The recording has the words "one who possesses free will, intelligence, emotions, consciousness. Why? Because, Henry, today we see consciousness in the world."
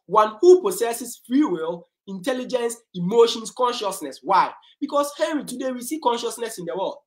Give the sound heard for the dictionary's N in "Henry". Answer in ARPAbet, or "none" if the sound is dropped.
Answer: none